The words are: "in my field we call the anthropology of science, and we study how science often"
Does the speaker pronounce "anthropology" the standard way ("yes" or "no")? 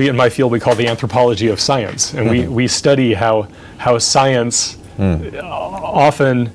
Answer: yes